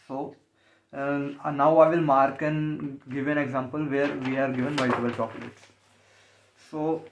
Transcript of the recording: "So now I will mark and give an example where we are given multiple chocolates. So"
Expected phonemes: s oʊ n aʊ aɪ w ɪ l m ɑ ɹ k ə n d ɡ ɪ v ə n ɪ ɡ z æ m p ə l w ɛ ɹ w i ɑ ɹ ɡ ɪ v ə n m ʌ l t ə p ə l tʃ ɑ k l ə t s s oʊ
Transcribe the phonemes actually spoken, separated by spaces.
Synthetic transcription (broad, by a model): s oʊ n aʊ aɪ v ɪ l m ɑ ɹ k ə n ɡ ɪ v ə n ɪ ɡ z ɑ m p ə l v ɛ ɹ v i ɑ ɹ ɡ ɪ v ə n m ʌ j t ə b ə l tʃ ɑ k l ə t s s oʊ